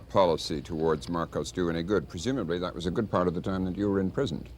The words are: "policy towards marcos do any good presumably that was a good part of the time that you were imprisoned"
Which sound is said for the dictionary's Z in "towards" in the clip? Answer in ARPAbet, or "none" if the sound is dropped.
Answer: Z